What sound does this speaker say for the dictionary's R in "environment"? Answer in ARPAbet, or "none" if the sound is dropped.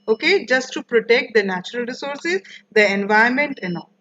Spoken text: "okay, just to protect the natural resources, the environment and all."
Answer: none